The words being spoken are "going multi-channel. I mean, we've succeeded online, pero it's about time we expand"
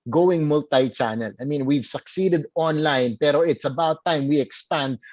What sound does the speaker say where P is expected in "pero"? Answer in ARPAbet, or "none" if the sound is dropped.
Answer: P